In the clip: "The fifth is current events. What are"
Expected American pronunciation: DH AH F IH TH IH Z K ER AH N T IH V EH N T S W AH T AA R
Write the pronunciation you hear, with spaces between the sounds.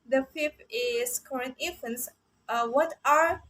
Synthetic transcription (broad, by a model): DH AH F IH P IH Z K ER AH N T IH F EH N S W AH T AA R